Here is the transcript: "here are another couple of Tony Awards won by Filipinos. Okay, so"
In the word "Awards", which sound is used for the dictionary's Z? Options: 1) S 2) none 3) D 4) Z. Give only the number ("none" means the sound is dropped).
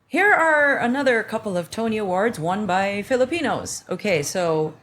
4